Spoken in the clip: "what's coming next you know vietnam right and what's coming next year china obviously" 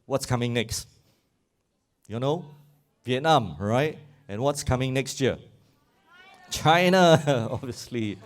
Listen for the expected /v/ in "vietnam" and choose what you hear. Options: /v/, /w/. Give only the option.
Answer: /v/